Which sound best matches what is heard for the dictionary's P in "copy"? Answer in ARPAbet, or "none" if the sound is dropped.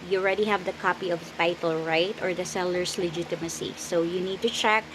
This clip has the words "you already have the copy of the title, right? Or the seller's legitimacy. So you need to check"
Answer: P